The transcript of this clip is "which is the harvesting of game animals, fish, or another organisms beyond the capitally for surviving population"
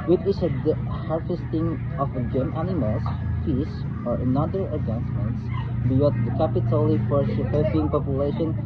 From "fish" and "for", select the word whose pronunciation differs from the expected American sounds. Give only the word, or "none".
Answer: fish